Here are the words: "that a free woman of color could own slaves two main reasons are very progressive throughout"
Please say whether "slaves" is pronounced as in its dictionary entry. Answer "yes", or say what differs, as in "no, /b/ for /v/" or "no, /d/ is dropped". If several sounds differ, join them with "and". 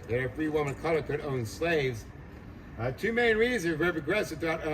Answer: yes